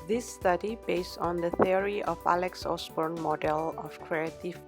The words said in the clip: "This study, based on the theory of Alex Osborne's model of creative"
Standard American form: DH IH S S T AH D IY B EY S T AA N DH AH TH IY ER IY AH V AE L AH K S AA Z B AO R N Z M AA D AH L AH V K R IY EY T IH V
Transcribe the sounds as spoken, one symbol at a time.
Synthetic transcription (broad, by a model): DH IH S S T AH D IY B EY S T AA N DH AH TH IY ER IY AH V AE L AH K S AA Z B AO R N M AA D AH L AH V K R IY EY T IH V